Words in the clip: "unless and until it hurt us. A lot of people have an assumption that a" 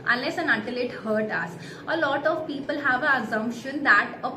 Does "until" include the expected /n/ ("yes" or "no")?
no